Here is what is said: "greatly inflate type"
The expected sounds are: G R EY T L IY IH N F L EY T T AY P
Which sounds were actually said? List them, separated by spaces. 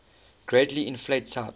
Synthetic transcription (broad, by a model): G R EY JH L IY IH N F L EY T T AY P